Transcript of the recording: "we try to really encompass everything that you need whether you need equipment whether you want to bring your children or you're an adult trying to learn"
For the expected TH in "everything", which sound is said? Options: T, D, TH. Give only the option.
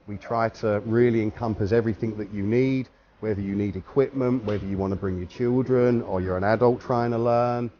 TH